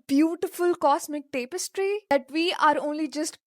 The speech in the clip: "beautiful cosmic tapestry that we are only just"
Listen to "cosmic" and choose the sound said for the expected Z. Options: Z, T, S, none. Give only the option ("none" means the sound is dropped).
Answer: S